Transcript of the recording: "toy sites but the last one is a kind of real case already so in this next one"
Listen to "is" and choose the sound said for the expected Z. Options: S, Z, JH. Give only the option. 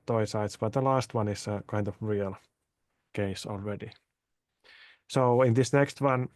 S